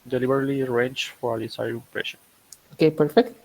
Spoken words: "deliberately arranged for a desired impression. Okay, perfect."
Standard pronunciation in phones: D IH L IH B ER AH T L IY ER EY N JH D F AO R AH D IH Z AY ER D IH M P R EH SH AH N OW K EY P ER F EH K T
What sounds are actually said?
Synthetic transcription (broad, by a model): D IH L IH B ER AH L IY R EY N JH F AO R AH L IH S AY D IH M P R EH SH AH OW K EY P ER F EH K T